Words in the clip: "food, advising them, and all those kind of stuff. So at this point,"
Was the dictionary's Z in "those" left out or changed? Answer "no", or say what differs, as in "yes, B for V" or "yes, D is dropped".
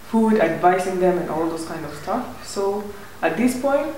yes, S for Z